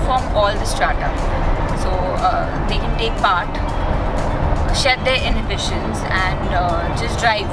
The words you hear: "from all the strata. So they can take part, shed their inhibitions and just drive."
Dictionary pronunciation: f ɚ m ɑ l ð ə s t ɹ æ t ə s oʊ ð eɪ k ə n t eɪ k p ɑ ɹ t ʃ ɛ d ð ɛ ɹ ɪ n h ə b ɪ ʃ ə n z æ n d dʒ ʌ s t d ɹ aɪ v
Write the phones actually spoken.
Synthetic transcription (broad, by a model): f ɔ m ɑ l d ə s t ɹ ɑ t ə s oʊ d eɪ k ə n t eɪ k p ɑ ɹ t ʃ ɛ d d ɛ ɹ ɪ n h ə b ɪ ʃ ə n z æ n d dʒ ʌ s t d ɹ aɪ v